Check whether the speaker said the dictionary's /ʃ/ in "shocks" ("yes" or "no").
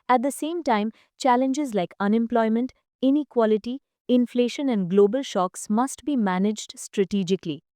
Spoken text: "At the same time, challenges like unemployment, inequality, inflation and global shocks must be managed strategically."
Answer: yes